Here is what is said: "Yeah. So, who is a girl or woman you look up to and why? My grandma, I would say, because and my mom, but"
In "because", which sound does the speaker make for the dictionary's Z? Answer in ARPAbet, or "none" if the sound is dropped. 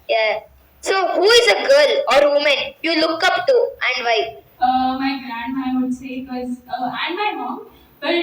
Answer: none